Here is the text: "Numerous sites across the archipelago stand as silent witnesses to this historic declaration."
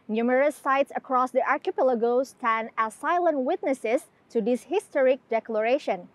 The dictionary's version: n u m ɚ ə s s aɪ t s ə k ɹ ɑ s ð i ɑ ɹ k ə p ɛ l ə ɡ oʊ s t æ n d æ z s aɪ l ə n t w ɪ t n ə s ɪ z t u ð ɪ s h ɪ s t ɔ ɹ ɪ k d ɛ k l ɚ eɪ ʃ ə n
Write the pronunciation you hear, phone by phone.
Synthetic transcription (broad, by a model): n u m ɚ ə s s aɪ t s ə k ɹ ɑ s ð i ɑ ɹ k ə p ɛ l ə ɡ oʊ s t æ n æ s aɪ l ə n t w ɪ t n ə s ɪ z t u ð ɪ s h ɪ s t ɔ ɹ ɪ k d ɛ k l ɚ eɪ ʃ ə n